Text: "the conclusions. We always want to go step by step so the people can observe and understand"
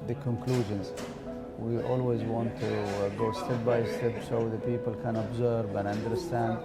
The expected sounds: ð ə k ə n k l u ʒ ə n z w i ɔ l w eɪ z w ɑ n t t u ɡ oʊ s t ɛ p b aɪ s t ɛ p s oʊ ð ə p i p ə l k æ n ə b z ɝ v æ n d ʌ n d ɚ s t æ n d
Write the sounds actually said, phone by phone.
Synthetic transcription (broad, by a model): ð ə k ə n k l u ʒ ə n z w i ɔ l w eɪ z w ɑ n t t u ɡ oʊ s t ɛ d b aɪ s t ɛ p s oʊ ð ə p i p ə l k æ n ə b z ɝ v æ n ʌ n d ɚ s t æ n d